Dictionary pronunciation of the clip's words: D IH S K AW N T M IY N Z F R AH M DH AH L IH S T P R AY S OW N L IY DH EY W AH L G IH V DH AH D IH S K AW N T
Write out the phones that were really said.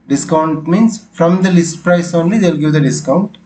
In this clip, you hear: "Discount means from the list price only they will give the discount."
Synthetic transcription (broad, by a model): D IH S K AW N T M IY N S F R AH M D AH L IH S T P R AY S OW N L IY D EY L G IH V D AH D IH S K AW N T